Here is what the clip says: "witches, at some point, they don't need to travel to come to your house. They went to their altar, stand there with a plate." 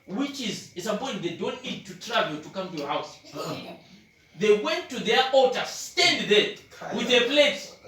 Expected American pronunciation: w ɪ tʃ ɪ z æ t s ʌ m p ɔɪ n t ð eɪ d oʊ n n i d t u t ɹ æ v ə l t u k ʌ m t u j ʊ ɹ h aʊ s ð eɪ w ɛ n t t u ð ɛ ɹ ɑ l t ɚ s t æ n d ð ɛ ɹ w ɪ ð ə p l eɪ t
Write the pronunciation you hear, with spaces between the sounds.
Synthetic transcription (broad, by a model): w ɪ tʃ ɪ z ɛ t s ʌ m p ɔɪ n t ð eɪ d oʊ n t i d t u t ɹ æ v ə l t u k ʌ m t u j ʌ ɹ h aʊ s ð eɪ w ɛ n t t u ð ɛ ɹ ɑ t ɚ s t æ n d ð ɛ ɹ w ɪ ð ə p l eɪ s